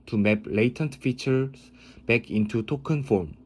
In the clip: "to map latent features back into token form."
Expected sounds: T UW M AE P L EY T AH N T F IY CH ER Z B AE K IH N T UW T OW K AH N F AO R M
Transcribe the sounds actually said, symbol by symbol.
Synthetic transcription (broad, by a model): T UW M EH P L EY T AH N T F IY CH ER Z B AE K IH N T UW T OW K AH N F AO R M